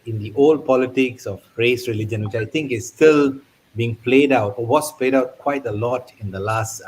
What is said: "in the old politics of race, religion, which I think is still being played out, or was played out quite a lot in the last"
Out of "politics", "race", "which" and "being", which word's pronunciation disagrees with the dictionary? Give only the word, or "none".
none